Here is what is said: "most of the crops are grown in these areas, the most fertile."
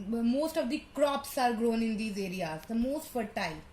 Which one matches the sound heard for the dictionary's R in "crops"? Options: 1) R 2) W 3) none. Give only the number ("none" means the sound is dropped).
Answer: 1